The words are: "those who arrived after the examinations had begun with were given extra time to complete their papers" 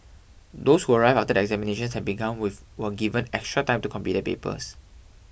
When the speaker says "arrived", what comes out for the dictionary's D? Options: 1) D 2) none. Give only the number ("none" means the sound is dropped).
2